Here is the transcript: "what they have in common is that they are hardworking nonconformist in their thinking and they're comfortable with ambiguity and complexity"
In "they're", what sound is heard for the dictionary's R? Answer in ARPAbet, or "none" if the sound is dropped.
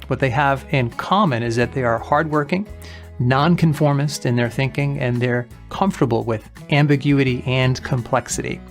R